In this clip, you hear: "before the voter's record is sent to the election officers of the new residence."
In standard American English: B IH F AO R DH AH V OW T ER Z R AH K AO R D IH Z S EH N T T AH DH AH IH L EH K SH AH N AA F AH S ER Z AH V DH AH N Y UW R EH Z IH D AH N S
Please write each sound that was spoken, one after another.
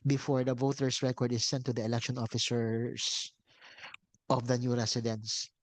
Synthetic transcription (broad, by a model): B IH F AO R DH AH V OW T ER S R AH K AO R D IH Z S EH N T T AH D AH IH L EH K SH AH N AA F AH S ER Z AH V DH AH N Y UW R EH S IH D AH N S